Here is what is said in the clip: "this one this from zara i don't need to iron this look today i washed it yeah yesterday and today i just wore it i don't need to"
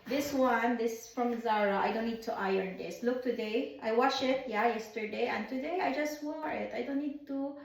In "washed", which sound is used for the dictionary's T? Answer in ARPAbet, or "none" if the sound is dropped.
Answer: none